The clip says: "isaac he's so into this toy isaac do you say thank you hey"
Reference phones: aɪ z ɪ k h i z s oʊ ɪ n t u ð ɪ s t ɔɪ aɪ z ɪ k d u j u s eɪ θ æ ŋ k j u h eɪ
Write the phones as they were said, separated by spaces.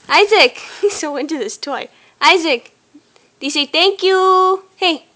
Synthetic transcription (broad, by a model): aɪ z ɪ k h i s oʊ ɪ n t u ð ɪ s t ɔɪ aɪ z ɪ k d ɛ s eɪ t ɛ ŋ k j u h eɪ